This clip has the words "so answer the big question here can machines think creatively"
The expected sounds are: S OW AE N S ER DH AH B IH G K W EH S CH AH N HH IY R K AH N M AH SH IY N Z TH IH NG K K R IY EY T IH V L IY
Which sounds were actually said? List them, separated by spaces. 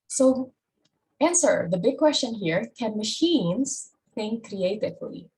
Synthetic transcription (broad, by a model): S OW AE N S ER DH AH B IH G K W EH S CH AH N HH IY R K AH N M AH SH IY N Z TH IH NG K K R IY EY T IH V L IY